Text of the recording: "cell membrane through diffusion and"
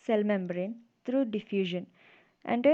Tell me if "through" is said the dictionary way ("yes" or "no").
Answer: no